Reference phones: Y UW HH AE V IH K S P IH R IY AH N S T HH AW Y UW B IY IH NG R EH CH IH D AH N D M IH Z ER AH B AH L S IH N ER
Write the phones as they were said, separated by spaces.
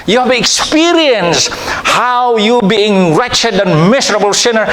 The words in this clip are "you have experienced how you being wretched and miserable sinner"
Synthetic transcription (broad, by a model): Y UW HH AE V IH K S P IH R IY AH N S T HH AW Y UW B IY IH NG R EH CH IH D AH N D M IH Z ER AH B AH L S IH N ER